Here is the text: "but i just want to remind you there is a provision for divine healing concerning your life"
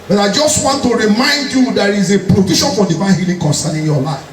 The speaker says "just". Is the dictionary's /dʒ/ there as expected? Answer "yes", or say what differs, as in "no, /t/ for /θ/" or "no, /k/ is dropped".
yes